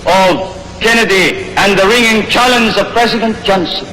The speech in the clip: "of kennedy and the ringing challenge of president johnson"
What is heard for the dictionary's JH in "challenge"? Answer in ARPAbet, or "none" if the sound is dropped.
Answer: Z